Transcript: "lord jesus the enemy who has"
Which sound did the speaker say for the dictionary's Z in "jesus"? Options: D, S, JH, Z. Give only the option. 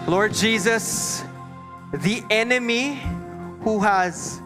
Z